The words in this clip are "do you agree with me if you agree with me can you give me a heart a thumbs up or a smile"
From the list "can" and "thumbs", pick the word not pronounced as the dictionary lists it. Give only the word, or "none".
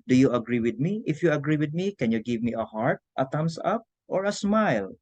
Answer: thumbs